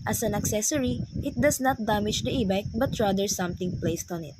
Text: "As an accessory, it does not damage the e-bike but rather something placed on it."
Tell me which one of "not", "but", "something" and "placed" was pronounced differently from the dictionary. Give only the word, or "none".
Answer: something